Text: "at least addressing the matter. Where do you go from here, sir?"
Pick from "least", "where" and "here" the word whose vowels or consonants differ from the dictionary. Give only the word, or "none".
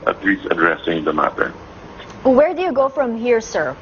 least